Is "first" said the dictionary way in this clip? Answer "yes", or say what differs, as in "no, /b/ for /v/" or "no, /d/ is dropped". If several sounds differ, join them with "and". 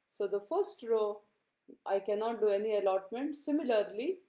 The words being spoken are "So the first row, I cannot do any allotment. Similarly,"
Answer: yes